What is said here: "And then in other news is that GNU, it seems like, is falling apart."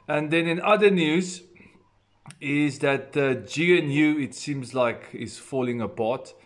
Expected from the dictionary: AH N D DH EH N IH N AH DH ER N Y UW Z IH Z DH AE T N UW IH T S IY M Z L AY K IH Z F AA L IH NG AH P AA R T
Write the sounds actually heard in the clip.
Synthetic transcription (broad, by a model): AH N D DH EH N IH N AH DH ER N Y UW Z IH Z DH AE T N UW IH T S IY M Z L AY K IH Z F AA L IH NG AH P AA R T